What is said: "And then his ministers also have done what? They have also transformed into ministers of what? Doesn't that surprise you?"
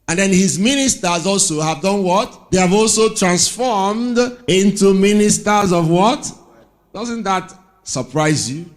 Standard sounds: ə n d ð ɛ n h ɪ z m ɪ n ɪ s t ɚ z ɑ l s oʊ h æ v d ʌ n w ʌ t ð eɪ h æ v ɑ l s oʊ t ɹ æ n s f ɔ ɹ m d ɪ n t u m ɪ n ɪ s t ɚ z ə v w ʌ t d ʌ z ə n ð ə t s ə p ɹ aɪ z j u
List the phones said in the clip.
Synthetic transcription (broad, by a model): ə n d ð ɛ n h ɪ z m ɪ n ɪ s t ɚ z ɑ l s oʊ h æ v d ʌ n w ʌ t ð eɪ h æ v ɑ l s oʊ t ɹ æ n s f ɔ ɹ m d ɪ n t u m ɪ n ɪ s t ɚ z ə v w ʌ t d ʌ z ə n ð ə t s ə p ɹ aɪ z j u